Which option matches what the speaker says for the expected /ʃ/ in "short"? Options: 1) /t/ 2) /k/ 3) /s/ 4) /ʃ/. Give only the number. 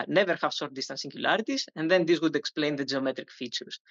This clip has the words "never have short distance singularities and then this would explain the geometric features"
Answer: 3